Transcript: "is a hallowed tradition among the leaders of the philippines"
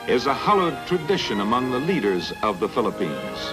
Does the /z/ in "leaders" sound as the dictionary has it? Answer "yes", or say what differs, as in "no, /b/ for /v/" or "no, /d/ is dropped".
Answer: yes